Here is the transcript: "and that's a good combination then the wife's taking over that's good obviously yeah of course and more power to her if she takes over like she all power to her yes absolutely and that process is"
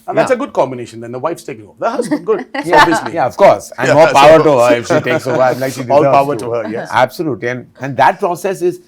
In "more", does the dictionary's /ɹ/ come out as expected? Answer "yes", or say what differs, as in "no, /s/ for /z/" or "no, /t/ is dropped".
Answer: no, /l/ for /ɹ/